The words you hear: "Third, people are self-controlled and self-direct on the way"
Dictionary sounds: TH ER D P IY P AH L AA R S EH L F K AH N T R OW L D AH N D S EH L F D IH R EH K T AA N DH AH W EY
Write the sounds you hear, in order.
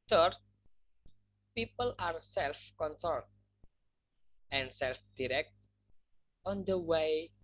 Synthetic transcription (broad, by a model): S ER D P IY P AH L AA R S EH L F K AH N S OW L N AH N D S EH L F D IH R EH K T AA N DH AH W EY